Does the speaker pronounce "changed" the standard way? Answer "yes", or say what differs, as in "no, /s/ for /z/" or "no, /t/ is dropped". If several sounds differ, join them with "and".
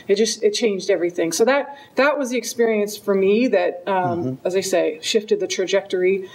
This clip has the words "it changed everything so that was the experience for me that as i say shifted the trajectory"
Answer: yes